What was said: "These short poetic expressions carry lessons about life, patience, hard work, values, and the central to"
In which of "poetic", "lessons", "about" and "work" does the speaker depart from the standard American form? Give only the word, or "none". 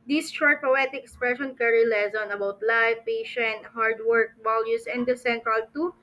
lessons